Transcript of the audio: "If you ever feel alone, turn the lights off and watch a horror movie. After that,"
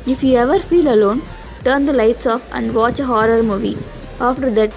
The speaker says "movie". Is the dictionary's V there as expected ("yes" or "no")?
yes